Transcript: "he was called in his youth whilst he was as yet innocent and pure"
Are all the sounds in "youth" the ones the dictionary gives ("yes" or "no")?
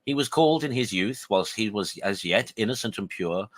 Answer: yes